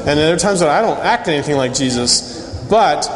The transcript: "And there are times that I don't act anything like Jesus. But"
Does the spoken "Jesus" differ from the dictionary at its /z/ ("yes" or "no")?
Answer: no